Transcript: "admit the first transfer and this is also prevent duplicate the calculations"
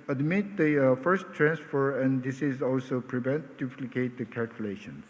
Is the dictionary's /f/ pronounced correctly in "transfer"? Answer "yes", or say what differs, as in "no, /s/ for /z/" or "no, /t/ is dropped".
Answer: yes